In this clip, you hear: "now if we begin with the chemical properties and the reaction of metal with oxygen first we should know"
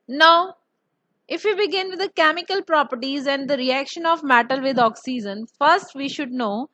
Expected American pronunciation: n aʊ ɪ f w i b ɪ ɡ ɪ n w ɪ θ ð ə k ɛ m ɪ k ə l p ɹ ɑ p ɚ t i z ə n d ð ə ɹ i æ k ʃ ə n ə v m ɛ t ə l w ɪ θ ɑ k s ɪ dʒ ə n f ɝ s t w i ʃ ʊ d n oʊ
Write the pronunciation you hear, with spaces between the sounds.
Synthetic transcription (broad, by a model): n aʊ ɪ f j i b ɪ ɡ ɪ n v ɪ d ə k ɛ m ɪ k ə l p ɹ ɑ p ɚ t i z ə n d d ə ɹ i æ k ʃ ə n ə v m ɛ t ə l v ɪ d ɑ k s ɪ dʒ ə n f ɝ s t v i ʃ ʊ d n oʊ